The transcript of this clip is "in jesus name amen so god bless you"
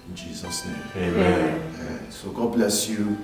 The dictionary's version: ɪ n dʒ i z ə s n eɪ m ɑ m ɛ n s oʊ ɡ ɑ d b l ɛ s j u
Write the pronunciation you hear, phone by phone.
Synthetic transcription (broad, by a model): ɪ n dʒ i z ə s n eɪ m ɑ ɛ s oʊ ɡ ɑ d b l ɛ s j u